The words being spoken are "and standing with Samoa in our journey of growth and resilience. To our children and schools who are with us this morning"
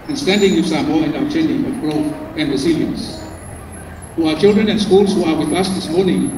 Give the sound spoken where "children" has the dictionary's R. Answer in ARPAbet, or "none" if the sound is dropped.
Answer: R